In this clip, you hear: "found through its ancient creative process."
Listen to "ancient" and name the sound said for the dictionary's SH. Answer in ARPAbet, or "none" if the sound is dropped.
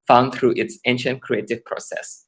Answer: SH